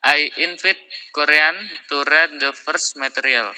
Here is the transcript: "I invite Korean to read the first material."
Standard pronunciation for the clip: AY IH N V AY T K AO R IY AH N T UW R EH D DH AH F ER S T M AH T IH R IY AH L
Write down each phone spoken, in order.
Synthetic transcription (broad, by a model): AY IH N F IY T K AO R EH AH N T UW R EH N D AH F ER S M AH T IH R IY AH L